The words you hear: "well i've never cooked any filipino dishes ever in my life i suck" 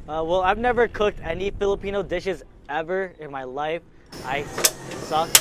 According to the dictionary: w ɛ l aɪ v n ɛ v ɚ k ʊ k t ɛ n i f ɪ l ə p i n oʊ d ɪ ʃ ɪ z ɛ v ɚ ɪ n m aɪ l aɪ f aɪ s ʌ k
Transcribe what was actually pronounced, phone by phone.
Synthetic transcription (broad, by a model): w ɛ l aɪ v n ɛ v ɚ k ʊ k t ɛ n i f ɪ l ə p i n oʊ d ɪ ʃ ɪ z ɛ v ɚ ɪ n m aɪ l aɪ f aɪ s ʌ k